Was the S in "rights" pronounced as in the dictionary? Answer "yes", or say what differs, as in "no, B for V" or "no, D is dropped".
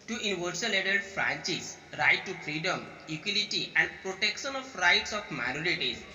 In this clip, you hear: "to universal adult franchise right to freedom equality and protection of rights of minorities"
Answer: yes